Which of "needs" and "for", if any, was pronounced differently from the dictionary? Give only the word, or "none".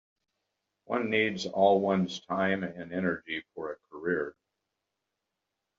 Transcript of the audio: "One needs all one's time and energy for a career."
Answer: none